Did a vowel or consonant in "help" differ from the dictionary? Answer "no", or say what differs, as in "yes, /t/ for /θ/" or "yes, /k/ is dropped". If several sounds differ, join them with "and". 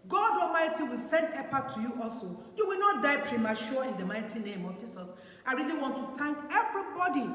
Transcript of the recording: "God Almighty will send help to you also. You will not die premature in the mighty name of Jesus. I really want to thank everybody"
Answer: yes, /l/ is dropped